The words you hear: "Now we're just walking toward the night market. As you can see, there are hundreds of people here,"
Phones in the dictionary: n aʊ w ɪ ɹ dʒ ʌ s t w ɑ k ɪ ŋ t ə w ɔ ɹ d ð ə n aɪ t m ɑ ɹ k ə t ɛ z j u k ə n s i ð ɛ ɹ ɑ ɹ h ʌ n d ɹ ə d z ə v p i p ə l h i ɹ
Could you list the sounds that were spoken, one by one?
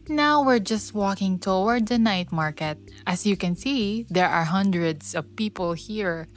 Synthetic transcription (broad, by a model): n aʊ w ɪ ɹ dʒ ʌ s t w ɑ k ɪ ŋ t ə w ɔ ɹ d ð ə n aɪ t m ɑ ɹ k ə t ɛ s j u k ə n s i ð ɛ ɹ ɑ ɹ h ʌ n d ɹ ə d s ə v p i p ə l h i ɹ